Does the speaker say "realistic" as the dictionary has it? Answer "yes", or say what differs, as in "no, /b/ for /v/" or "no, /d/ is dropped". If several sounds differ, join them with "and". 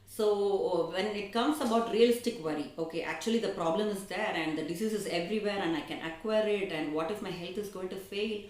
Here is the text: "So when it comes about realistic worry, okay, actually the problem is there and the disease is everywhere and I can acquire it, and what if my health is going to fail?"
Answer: yes